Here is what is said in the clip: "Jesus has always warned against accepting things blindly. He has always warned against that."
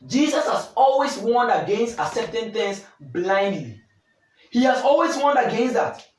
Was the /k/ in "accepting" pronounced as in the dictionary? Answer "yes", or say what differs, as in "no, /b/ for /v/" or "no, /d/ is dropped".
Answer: no, /k/ is dropped